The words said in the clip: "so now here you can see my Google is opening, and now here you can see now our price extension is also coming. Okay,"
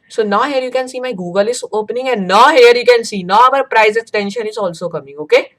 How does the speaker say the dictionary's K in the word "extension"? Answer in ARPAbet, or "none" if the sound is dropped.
none